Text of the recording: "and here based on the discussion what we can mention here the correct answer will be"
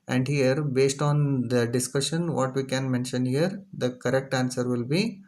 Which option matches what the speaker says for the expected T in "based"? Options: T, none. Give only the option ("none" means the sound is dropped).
T